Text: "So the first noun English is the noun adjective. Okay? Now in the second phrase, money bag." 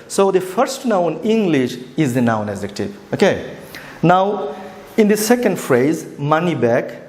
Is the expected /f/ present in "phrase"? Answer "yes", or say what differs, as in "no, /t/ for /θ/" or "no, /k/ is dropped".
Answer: yes